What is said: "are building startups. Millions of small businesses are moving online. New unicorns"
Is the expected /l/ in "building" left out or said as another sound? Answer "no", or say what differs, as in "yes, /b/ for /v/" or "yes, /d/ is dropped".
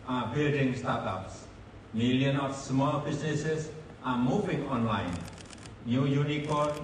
no